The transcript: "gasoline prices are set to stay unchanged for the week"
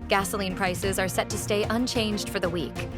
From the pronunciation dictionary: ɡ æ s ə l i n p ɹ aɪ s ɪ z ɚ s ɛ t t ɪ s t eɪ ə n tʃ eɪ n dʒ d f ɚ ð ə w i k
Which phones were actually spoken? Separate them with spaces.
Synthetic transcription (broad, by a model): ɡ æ s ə l i n p ɹ aɪ s ɪ z ɚ s ɛ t t ɪ s t eɪ ə n tʃ eɪ n dʒ d f ɚ ð ə w i k